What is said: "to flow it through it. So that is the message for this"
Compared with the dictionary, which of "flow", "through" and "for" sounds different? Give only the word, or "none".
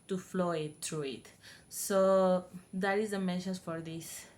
through